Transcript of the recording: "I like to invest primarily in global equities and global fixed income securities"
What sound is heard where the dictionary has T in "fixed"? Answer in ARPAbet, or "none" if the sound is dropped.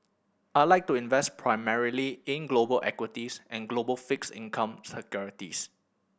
none